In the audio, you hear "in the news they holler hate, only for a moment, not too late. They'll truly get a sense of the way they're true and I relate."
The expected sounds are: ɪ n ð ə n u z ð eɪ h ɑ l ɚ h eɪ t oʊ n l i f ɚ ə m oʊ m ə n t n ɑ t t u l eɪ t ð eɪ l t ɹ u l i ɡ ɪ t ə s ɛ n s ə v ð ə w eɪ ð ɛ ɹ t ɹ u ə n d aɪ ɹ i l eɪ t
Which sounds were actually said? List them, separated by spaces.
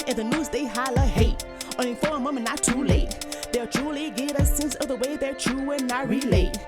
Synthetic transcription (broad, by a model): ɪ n ð ə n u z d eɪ h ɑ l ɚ h eɪ t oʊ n i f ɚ ə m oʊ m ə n n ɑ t t u l eɪ t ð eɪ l t ɹ u l i ɡ ɪ t ə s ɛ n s ə v ð ə w eɪ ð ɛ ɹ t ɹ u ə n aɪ ɹ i l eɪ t